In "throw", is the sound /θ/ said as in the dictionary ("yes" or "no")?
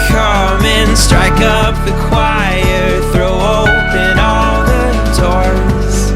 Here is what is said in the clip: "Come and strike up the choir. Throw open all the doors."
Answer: yes